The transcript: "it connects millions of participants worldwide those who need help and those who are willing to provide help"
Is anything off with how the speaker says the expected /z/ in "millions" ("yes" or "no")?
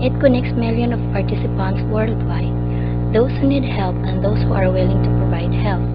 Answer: yes